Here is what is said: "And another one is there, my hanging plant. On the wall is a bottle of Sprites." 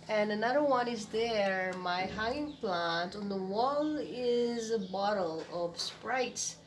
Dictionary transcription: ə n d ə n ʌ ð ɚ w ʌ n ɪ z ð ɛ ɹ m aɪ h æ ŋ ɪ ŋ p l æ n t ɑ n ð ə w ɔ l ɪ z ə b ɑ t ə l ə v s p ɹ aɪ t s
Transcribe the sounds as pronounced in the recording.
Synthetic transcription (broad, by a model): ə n ə n ʌ ð ɚ w ʌ n ɪ z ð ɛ ɹ m aɪ h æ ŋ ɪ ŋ p l æ n t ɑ n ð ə w ɔ l ɪ z ə b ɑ t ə l ə v s p ɹ aɪ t s